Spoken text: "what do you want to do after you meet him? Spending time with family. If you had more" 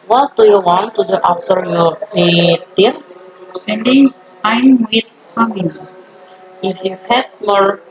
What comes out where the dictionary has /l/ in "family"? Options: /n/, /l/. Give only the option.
/n/